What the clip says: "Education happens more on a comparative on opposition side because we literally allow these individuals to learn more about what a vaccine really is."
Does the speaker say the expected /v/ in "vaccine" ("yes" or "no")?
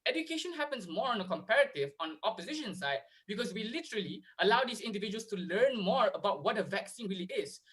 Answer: yes